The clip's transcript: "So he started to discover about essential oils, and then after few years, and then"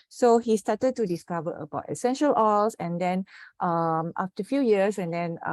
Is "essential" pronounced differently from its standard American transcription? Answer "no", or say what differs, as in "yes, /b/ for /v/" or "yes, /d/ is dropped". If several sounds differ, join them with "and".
no